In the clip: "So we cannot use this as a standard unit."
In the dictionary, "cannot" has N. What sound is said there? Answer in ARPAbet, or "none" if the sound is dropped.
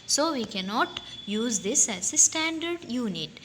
N